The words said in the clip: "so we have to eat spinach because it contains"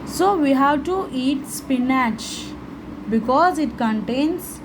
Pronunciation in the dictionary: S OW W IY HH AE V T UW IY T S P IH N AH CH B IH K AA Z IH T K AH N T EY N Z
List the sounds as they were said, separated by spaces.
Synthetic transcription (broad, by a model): S OW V IY HH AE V T UW IY T S P IH N AH CH B IH K AA Z IH T K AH N T EY N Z